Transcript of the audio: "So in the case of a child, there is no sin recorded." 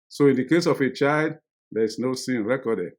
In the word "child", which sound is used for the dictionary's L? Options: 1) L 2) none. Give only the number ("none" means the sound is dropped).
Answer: 1